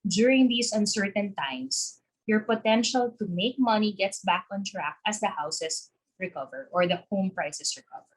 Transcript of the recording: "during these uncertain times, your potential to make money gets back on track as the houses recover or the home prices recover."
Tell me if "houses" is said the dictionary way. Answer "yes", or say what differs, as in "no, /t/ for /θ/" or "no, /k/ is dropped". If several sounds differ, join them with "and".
no, /s/ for /z/